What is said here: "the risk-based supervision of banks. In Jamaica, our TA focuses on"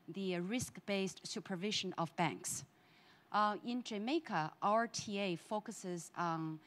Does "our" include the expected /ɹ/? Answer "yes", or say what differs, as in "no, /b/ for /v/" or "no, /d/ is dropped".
yes